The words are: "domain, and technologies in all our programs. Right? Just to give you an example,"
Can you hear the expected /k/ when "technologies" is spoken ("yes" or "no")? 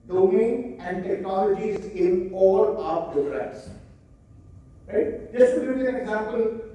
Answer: yes